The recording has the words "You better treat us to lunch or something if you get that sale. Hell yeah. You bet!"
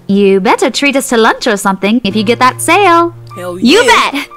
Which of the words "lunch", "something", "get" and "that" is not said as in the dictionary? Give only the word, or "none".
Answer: none